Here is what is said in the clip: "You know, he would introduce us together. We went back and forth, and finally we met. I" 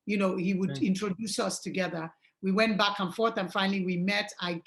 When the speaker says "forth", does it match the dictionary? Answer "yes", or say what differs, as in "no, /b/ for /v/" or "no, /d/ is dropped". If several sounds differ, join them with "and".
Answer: yes